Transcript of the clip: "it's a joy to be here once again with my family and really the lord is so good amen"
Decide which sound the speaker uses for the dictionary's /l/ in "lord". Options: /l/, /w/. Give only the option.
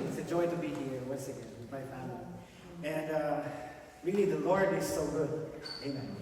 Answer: /l/